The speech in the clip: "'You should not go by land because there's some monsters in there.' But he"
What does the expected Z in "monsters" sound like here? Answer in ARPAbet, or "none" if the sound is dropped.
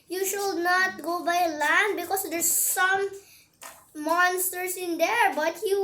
S